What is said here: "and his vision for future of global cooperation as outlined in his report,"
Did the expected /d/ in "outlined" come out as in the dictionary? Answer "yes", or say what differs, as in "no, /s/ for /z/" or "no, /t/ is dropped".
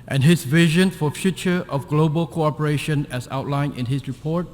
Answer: no, /d/ is dropped